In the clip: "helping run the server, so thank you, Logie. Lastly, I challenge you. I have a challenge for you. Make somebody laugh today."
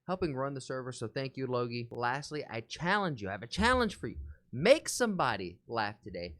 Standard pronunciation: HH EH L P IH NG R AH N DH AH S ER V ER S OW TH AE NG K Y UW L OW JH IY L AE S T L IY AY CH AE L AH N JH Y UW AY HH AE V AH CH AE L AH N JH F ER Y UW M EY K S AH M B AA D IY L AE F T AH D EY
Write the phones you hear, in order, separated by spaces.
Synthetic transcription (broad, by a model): HH EH L P IH NG R AH N DH AH S ER V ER S OW TH AE NG K Y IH L OW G IY L AE S T L IY AY CH AE L AH N JH Y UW AY V AH CH AE L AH N ZH F ER Y UW M EY K S AH M B AA D IY L AE F T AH D EY